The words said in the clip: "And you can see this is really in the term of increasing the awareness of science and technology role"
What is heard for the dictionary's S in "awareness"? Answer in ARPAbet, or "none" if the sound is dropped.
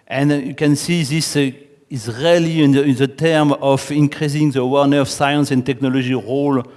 none